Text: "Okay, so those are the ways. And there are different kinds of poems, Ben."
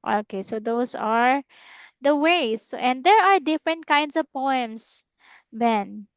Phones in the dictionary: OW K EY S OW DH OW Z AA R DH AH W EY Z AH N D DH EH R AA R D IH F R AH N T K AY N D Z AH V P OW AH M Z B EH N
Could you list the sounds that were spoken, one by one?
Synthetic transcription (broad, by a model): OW K EY S OW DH OW S AA R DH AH W EY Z AH N D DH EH R AA R D IH F R AH N T K AY N D S AH V P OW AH M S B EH N